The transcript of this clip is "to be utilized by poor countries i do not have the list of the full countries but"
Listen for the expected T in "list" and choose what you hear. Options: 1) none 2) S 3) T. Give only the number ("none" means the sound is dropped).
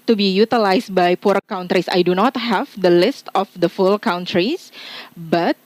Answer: 3